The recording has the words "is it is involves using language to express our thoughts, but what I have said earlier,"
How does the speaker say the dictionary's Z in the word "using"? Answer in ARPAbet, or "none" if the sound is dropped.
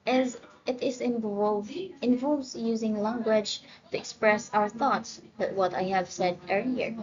Z